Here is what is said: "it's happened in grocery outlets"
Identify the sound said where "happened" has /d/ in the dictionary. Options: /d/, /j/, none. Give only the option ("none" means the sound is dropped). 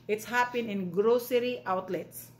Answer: none